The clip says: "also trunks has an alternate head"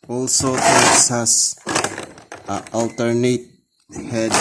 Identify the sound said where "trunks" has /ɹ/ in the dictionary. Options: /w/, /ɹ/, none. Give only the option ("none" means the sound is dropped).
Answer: none